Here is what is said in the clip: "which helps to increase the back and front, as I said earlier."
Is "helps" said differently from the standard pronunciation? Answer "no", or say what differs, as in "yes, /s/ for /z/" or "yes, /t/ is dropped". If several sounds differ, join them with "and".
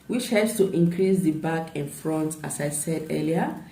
yes, /p/ is dropped